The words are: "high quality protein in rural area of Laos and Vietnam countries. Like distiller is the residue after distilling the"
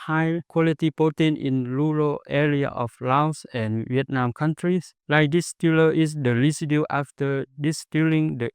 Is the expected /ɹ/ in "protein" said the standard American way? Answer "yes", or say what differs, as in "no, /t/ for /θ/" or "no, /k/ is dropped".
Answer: no, /ɹ/ is dropped